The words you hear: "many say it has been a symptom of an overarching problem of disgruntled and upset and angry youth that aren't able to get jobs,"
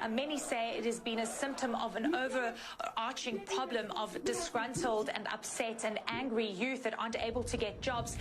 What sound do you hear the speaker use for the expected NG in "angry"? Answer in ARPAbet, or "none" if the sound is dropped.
NG